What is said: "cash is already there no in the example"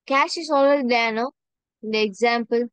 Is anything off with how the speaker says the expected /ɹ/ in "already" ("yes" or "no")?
yes